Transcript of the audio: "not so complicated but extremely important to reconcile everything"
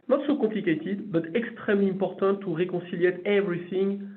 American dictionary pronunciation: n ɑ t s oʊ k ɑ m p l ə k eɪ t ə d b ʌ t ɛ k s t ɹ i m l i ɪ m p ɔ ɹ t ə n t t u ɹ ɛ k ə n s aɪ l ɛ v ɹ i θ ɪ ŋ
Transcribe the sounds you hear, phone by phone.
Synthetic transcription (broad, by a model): n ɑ t s oʊ k ɑ p l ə k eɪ t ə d b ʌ t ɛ k s t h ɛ m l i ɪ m p ɔ ɹ t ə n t t u ɹ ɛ k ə s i l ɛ v ɹ i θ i ŋ